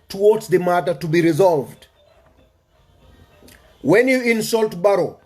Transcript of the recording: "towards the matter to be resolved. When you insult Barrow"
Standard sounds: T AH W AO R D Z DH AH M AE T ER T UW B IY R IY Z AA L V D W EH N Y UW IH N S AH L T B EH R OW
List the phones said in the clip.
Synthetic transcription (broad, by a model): T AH W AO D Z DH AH M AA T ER T UW B IY R IY Z AA L V D W EH N Y UW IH N S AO L T B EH R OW